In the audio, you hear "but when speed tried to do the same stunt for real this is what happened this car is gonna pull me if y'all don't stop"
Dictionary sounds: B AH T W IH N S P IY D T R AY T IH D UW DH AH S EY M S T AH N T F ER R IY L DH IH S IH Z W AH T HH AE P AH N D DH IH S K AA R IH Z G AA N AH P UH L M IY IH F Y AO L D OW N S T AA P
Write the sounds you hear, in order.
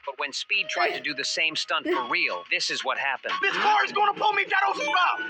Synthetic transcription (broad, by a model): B AH T W IH N S P IY D T R AY T IH D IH DH AH S EY M S T AH N T F ER R IY L DH IH S IH Z W AH T HH AE P AH N D DH IH S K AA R IH Z G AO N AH P UH L M IY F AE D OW L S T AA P